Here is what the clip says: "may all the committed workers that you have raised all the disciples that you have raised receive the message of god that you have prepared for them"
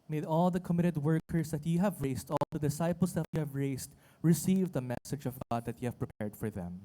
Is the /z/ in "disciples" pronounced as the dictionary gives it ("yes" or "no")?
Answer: no